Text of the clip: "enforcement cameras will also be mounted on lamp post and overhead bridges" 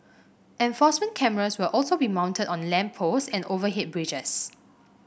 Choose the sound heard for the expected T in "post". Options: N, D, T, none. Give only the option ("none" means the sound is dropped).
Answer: none